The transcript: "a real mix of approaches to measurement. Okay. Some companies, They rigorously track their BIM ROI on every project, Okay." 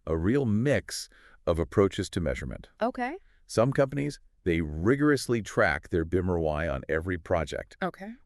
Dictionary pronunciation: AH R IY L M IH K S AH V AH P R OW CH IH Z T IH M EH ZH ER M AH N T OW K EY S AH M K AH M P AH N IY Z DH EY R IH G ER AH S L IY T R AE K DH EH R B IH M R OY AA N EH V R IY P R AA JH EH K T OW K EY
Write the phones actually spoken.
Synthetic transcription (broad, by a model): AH R IY L M IH K S AH V AH P R OW CH IH Z T IH M EH ZH ER M AH N T OW K EY S AH M K AH M P AH N IY Z DH EY R IH G ER AH S L IY T R AE K DH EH R B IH M R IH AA N EH V R IY P R AA JH EH K T OW K EY